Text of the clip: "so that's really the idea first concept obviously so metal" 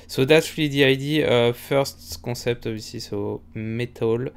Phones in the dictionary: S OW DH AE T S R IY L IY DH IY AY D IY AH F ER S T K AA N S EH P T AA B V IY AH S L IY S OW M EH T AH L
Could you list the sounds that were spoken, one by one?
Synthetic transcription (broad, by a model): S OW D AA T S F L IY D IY AY D IY AH F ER S T K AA S EH P T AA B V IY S IY S OW M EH T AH L